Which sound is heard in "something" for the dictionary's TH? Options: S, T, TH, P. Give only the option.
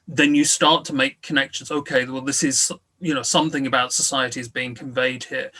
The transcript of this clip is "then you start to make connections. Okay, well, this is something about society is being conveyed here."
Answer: TH